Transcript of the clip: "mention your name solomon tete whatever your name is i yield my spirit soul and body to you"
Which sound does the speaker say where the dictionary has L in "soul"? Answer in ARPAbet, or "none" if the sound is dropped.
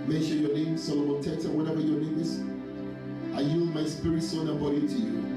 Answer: N